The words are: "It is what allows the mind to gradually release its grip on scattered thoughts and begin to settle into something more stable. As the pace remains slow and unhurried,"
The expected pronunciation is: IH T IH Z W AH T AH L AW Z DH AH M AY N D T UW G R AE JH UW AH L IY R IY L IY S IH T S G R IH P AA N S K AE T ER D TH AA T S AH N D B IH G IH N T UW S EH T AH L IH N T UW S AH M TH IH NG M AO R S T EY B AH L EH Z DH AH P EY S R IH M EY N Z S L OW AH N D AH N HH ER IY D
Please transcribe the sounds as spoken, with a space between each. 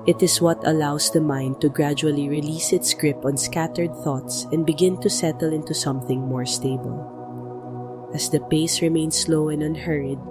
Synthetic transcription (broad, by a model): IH T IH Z W AH T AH L AW S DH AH M AY N D T UW G R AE JH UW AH L IY R IY L IY S IH T S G R IH P AA N S K AE T ER D TH AA T S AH N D B IH G IH N T UW S EH T AH L IH N T UW S AH M TH IH NG M AO R S T EY B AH L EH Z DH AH P EY S R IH M EY N S L OW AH N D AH N HH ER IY D